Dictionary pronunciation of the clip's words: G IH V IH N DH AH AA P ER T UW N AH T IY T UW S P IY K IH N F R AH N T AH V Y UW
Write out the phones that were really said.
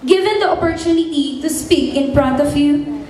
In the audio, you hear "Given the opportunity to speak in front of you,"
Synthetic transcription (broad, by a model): G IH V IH N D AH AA P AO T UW N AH T IY T UW S P IY K IH N P R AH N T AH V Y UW